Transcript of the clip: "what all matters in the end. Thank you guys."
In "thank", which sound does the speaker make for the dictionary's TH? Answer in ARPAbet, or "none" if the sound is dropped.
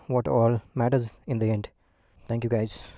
T